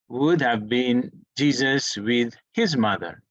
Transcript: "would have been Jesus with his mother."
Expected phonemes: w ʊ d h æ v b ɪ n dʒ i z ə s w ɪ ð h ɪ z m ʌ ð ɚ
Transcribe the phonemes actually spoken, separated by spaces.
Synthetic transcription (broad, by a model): w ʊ d h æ v b ɪ n dʒ i z ə s w ɪ ð h ɪ z m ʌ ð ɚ